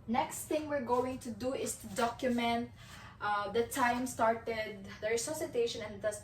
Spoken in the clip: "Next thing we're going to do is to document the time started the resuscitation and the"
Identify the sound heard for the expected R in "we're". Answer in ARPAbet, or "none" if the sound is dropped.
R